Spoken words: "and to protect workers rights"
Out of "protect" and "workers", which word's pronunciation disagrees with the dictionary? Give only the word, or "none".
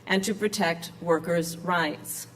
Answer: none